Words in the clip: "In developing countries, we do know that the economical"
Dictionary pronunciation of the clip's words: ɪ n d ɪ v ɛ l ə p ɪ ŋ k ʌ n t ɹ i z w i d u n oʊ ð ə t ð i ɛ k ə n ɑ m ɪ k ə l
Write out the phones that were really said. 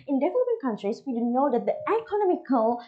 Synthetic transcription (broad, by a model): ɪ n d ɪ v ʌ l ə b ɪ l k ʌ n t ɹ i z w i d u n oʊ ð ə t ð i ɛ k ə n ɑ m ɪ k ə l